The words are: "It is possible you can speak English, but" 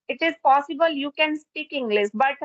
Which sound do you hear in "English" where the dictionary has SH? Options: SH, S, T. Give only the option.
S